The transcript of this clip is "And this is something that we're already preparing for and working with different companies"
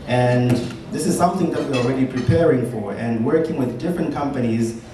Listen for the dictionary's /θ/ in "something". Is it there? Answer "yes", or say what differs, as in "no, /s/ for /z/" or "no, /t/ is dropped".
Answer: yes